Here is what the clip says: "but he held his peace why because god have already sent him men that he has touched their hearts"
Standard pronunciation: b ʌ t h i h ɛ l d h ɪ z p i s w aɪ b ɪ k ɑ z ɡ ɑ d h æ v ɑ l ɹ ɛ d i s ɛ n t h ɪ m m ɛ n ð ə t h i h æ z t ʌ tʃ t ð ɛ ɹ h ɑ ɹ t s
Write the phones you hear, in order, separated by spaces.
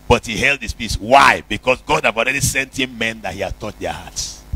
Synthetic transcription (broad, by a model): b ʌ t h i h ɛ l d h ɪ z p i s w aɪ b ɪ k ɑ s ɡ ɑ d h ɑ v ɑ l ɹ ɛ d i s ɛ n t h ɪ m m ɛ n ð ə t h i h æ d t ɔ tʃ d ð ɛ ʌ h ɑ t s